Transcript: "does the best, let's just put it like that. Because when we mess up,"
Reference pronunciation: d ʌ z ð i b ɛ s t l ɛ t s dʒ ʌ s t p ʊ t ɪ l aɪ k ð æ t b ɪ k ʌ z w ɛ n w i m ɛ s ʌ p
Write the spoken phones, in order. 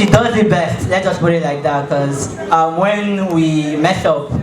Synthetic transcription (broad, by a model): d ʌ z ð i b ɛ s t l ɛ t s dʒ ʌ s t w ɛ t ɪ l aɪ k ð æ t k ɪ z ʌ w ɛ n w i m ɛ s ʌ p